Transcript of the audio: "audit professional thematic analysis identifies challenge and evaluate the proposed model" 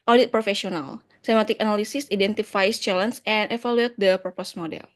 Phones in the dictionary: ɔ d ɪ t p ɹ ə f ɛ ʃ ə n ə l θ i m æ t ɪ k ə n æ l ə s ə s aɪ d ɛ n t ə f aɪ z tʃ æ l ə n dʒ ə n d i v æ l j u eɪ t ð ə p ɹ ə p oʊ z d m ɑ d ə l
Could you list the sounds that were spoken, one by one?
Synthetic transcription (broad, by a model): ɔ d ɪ t p ɹ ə f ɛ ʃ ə n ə l s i m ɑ t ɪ k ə n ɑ l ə s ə s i d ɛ n t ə f aɪ s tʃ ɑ l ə n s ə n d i f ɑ l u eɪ t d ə p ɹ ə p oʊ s m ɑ d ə l